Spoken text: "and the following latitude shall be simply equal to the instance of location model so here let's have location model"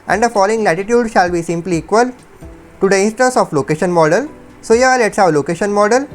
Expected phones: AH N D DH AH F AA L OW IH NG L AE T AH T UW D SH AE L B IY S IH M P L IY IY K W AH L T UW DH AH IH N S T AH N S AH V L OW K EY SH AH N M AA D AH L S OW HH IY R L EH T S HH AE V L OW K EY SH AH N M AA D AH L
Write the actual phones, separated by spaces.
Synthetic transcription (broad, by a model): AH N D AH F AA L OW IH NG L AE T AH T UW D SH AE L B IY S IH M P L IY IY K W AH L T UW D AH IH N S T AH N S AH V L OW K EY SH AH N M AA D AH L S OW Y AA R L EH T S HH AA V L OW K EY SH AH N M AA D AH L